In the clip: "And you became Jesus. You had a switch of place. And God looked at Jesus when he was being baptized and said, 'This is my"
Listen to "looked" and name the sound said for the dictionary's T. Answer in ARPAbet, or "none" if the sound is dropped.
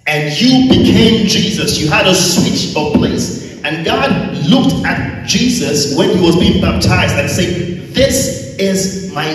T